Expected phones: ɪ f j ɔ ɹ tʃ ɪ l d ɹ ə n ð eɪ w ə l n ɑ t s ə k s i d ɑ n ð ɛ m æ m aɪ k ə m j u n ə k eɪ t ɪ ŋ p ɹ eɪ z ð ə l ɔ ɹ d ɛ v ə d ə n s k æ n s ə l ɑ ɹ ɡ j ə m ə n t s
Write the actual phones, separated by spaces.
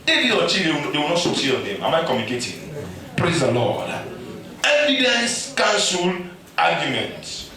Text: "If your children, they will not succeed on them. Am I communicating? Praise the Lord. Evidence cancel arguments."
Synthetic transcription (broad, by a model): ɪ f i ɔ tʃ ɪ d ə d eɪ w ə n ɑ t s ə s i ɑ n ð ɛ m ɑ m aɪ k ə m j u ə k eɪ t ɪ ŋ p ɹ eɪ z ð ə l ɔ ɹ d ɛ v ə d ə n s k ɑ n s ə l ɑ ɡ j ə m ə n t